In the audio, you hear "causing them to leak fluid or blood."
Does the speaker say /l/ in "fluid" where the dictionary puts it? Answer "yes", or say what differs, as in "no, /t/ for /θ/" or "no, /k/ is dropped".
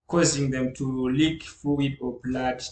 no, /l/ is dropped